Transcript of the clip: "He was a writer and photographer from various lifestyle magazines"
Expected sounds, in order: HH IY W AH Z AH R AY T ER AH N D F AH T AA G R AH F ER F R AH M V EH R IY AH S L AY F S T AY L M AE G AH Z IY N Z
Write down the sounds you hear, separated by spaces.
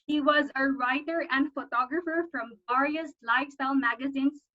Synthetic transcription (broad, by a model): HH IY W AH Z AH R AY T ER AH N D F AH T AA G R AH F ER F R AH M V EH R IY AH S L AY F S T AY L M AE G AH Z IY N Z